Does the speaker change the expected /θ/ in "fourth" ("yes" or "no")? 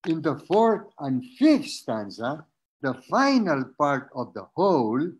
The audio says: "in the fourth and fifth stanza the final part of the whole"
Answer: yes